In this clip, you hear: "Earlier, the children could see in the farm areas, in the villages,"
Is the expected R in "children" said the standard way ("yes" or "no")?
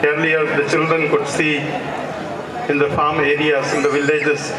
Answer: yes